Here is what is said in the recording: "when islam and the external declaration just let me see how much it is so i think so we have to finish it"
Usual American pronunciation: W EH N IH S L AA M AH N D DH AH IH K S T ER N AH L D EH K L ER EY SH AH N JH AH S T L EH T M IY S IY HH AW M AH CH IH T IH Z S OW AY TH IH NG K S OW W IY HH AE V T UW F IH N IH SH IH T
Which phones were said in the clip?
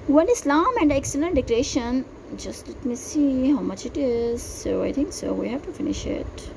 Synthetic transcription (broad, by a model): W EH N IH S L AA M AH N D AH IH K S T ER N AH L D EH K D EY SH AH N JH AH S T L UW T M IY S IY HH AW M AH CH IH T IH Z S OW AY T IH NG K S OW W IY HH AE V T UW F IH N IH SH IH T